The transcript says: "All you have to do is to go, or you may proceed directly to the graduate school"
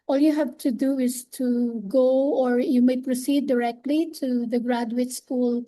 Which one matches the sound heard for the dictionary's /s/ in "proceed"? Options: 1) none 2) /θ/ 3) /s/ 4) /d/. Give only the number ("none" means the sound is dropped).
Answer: 3